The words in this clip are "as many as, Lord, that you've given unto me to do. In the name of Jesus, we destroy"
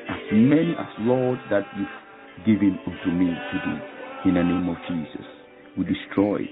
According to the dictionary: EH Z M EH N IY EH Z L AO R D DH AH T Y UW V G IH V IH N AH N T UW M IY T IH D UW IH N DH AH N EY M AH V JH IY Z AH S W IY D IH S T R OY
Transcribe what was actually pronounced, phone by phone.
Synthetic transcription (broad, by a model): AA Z M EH N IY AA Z L AO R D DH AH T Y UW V G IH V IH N AH N T UW M IY T IH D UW IH N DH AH N EY M AH V JH IY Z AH S W IY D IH S T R OY